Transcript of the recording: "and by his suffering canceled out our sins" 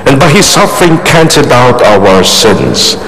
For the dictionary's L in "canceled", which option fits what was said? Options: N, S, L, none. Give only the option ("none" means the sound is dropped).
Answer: none